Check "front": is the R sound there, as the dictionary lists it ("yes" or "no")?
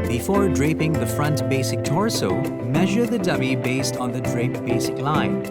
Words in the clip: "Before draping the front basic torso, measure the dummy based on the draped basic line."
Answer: yes